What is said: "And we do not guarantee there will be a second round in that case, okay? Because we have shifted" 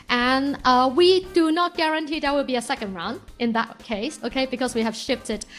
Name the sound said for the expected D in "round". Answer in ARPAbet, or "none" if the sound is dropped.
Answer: none